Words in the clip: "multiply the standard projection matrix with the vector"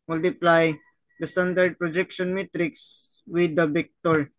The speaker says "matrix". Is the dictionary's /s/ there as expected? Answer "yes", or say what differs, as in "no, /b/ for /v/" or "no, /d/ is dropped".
yes